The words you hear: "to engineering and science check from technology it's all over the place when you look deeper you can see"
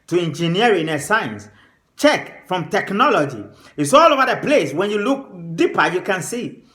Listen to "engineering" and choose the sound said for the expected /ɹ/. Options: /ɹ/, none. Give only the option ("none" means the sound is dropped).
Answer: none